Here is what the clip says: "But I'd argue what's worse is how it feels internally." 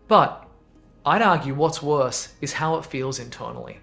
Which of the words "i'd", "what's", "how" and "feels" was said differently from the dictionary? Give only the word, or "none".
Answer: none